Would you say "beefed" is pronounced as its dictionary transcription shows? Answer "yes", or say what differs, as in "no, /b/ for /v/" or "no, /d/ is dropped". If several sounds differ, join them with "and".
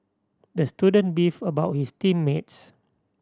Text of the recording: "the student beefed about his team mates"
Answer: no, /t/ is dropped